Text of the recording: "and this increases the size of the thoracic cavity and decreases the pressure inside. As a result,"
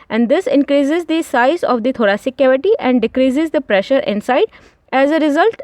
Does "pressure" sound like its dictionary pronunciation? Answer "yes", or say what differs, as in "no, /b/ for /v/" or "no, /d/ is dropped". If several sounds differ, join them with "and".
yes